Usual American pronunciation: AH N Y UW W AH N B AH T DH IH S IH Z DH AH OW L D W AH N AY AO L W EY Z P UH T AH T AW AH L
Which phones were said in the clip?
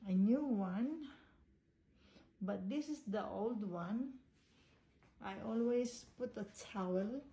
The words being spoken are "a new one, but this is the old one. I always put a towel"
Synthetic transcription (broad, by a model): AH N Y UW W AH N B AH T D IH S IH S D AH OW L D W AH N AY AO L W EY S P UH T AH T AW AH L